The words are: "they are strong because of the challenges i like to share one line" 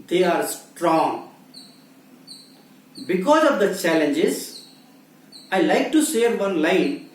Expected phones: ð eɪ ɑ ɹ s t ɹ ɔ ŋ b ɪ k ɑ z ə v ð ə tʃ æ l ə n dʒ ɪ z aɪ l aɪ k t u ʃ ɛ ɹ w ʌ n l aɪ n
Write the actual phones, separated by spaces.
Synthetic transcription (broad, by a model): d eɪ ɑ ɹ s t ɹ ɔ ŋ b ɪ k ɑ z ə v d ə tʃ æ l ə n dʒ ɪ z aɪ l aɪ k t u s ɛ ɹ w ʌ n l aɪ n